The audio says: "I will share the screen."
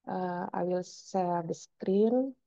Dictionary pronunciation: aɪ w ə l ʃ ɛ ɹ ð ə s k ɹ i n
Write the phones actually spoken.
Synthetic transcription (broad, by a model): aɪ w ə l s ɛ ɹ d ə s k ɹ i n